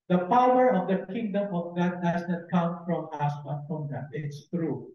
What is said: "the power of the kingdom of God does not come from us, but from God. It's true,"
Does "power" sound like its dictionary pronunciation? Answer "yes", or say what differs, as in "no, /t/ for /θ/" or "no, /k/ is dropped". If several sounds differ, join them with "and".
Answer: yes